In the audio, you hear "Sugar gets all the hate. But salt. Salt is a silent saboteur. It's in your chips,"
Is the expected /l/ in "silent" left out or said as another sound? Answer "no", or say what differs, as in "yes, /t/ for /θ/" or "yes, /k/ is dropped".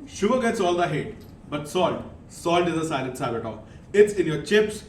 yes, /n/ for /l/